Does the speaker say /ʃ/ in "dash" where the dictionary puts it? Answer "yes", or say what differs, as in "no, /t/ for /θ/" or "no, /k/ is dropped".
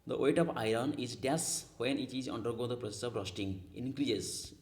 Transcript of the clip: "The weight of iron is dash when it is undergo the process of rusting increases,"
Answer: no, /s/ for /ʃ/